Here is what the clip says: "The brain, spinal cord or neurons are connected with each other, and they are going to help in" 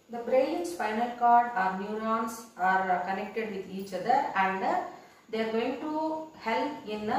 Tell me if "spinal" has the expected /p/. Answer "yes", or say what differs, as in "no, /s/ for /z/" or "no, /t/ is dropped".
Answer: no, /f/ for /p/